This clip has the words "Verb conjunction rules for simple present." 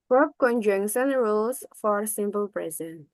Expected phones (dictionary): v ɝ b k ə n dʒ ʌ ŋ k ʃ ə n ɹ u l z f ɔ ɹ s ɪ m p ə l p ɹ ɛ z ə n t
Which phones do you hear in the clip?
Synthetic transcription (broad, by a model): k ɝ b k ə n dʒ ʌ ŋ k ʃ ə n ɹ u l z f ɔ ɹ s ɪ m p ə l p ɹ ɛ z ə n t